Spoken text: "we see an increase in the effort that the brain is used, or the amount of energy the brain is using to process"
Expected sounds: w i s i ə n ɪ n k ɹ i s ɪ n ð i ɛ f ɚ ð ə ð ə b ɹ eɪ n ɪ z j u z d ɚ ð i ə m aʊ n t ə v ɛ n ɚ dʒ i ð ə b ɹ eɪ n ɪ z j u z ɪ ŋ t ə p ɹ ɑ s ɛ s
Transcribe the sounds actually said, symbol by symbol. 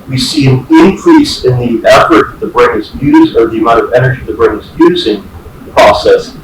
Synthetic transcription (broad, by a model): w i s i ə n ɪ n k ɹ i s ɪ n ð i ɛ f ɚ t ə ð ə b ɹ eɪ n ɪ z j u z ɚ ð i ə m aʊ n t ə v ɛ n ɚ dʒ i ð ə b ɹ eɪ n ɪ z j u z ɪ ŋ p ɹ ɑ s ɛ s